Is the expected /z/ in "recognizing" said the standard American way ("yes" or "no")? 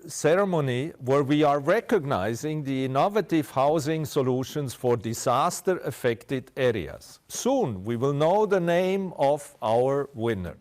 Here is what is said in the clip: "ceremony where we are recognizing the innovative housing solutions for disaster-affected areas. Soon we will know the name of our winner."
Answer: yes